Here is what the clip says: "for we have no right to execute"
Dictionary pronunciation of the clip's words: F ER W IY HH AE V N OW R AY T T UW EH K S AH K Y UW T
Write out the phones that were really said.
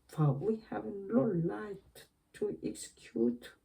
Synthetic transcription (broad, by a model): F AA W IY HH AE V L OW L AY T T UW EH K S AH K Y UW T